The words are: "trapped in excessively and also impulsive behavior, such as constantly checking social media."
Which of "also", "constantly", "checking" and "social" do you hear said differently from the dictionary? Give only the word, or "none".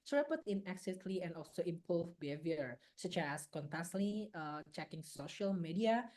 constantly